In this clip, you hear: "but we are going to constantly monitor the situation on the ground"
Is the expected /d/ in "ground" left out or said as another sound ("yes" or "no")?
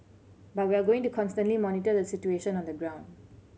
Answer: no